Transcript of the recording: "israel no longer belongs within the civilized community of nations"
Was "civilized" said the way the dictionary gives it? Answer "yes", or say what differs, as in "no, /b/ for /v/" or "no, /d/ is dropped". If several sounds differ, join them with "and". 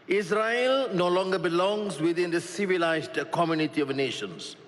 yes